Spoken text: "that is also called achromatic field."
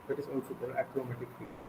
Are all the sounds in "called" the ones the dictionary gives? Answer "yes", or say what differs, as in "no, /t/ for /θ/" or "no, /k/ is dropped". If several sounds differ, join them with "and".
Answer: no, /l/ is dropped